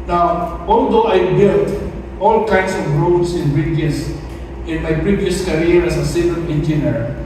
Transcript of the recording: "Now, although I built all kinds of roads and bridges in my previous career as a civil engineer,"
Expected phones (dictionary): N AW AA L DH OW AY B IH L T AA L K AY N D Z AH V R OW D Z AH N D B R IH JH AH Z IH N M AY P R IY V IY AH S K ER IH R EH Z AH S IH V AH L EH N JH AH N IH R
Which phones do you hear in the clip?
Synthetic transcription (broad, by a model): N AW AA L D OW AY B IH L T AA L K AY N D S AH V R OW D S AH N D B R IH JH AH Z IH N M AY P R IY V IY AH S K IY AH R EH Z AH S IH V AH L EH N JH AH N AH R